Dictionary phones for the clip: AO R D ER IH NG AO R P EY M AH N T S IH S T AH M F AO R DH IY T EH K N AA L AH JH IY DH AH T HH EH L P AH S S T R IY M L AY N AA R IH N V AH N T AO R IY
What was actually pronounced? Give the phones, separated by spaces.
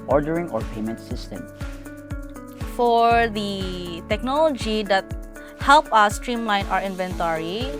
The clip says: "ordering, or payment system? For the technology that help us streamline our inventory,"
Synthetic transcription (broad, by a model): AO R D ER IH NG AO R P EY M AH N T S IH S T AH M F AO R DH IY T EH K N AA L AH JH IY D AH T HH EH L P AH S S T R IY M L AY N AA R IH N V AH N T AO R IY